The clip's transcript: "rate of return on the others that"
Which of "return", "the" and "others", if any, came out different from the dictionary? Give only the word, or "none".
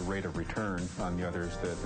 none